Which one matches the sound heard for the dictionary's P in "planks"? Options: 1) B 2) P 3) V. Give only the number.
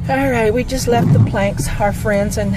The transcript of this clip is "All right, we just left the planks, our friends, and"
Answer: 2